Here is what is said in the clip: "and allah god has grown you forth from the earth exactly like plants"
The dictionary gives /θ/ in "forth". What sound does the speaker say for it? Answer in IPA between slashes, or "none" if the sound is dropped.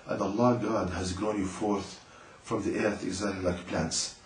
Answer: /θ/